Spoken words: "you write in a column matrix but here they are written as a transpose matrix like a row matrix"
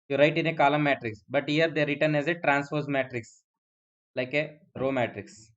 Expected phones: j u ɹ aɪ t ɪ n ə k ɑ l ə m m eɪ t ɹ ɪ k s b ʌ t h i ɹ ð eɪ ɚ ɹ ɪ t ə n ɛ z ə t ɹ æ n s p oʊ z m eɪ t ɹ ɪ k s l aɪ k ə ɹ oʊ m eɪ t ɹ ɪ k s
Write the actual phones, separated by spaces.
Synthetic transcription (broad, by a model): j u ɹ aɪ t ɪ n ə k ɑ l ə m m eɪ t ɹ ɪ k s b ʌ t h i ɹ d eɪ ɹ ɪ t ə n ɛ z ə t ɹ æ n s f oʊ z m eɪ t ɹ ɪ k s l aɪ k ə ɹ oʊ m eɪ t ɹ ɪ k s